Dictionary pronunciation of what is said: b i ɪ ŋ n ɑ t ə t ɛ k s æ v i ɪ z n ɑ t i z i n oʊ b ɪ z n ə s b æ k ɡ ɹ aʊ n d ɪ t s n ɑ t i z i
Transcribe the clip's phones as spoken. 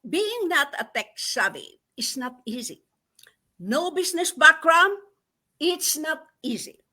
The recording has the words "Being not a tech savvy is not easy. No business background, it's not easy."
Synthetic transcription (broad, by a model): b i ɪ ŋ n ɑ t ə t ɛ k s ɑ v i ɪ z n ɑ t i z i n oʊ b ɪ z n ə s b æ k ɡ ɹ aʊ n ɪ t s n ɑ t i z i